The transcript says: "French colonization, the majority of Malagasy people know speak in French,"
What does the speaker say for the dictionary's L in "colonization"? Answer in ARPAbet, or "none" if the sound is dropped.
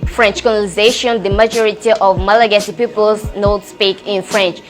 N